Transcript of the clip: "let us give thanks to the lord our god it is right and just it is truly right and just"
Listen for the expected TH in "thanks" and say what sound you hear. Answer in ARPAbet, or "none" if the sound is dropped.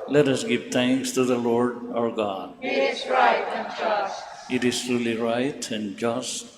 T